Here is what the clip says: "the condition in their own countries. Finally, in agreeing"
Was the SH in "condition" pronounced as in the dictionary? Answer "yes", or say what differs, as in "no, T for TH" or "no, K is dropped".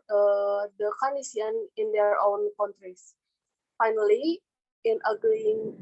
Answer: no, SH is dropped